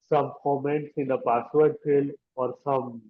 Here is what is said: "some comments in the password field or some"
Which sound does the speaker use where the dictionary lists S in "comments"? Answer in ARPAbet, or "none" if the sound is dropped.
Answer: S